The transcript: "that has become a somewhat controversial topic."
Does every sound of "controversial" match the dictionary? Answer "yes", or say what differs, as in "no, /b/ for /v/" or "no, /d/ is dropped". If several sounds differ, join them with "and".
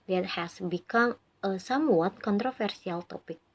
no, /f/ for /v/ and /s/ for /ʃ/